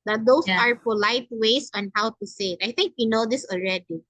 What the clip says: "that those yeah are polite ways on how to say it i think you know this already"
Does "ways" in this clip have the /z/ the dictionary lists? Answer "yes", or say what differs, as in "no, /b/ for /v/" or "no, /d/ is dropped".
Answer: no, /s/ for /z/